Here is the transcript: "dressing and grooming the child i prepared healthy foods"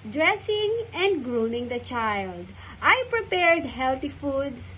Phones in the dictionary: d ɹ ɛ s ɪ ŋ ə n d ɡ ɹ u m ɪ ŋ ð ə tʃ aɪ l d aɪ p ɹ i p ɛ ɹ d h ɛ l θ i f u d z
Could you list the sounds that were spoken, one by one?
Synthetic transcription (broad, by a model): d ɹ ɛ s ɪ ŋ ə n d ɡ ɹ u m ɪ ŋ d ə tʃ aɪ l d aɪ p ɹ i p ɛ ɹ d h ɛ l t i f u d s